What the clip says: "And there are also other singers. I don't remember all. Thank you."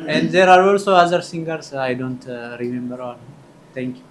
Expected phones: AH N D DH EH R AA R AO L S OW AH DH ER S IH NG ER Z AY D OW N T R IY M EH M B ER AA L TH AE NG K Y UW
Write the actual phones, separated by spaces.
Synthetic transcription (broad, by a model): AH N D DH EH R AA R AO L S OW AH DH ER S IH NG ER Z AY D OW N T R IY M EH M B ER AA L T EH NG K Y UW